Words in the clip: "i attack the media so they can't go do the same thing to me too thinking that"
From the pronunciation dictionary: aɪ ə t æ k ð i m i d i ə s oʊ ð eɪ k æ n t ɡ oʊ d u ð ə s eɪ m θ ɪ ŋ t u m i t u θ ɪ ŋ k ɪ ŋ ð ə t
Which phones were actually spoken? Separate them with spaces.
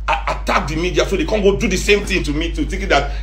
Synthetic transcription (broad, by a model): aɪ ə t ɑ k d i m i d i ə s oʊ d eɪ k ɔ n ɡ oʊ d u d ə s eɪ m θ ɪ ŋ t u m i t u t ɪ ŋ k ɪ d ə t